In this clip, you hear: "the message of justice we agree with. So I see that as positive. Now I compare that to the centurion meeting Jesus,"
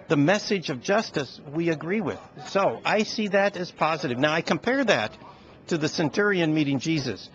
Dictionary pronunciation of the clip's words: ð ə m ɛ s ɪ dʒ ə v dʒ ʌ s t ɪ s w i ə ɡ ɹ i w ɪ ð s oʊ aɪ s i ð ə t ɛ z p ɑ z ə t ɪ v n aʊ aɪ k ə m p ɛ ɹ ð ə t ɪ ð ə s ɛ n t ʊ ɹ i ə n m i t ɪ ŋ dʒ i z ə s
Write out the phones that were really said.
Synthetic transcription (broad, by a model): ð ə m ɛ s ɪ dʒ ə v dʒ ʌ s t ɪ s w i ə ɡ ɹ i w ɪ ð s oʊ aɪ s i ð ə t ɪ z p ɑ z ə t ɪ v n aʊ aɪ k ə m p ɛ ɹ ð ə t ɪ ð ə s ɛ n t ʊ ɹ i ə n m i t ɪ ŋ dʒ i z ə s